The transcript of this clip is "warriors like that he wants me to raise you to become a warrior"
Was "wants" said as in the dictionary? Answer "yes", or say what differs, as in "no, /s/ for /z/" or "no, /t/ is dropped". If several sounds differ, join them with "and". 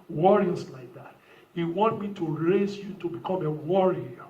no, /s/ is dropped